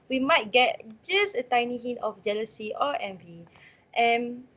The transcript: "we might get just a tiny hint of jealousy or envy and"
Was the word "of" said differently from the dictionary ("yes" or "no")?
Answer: yes